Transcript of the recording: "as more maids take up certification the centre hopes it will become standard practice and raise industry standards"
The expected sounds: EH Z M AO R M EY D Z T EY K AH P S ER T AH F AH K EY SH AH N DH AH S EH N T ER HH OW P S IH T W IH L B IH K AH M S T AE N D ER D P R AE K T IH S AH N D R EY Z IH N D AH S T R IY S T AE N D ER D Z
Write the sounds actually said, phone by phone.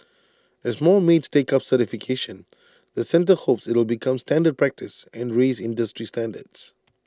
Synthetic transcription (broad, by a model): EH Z M AO L M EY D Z T EY K AH P S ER T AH F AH K EY SH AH N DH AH S EH N T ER HH OW P S IH T W IH L B IH K AH M S T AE N D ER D P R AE K T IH S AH N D R EY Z IH N D AH S T R IY S T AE N D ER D S